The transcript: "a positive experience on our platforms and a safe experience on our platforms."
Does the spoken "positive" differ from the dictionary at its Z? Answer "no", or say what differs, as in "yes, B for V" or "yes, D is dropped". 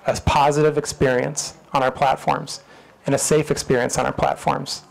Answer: no